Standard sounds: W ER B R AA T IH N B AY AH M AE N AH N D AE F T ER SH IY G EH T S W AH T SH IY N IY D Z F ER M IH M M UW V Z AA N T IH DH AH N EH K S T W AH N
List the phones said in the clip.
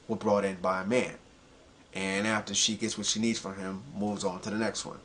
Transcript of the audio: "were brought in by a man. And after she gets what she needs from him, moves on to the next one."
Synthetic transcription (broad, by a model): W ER B R AA T IH N B AY AH M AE N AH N AE F T ER SH IY G EH T S W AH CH SH IY N IY D Z F ER IH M M UW V Z N T IH DH AH N EH K S T W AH N